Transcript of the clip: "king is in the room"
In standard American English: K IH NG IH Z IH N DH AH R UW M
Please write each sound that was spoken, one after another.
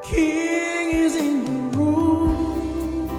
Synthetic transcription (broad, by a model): K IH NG IH Z IH N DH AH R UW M